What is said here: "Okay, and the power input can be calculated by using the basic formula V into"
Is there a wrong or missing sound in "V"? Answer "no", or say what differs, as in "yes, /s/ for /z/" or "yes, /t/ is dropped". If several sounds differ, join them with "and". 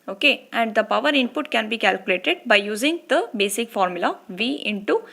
no